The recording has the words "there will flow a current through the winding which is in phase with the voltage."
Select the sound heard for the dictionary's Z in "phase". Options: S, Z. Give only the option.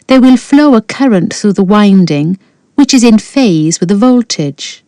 Z